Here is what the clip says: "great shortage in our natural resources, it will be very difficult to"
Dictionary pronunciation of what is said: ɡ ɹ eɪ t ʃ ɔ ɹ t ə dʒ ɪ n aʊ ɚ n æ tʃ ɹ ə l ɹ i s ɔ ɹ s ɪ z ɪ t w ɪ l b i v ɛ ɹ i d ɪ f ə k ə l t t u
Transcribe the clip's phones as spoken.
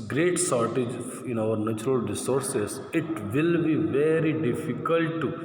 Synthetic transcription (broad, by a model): ɡ ɹ eɪ t s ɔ ɹ t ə dʒ ɪ n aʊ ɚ n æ tʃ ɹ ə l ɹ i s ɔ ɹ s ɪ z ɪ t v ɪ l b i v ɛ ɹ i d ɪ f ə k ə l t t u